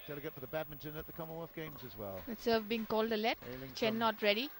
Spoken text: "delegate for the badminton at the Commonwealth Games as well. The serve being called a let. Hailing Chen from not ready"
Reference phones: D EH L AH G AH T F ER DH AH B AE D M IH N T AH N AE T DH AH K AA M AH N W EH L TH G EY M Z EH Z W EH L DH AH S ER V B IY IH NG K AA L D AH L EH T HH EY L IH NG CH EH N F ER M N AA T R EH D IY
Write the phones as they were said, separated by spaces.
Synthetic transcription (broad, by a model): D EH L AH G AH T F ER DH AH B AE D M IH N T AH N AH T DH AH K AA M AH N W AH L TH G EY M Z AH Z W EH L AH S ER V B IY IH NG K AA L D AH L EH T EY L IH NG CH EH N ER N AA T R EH D IY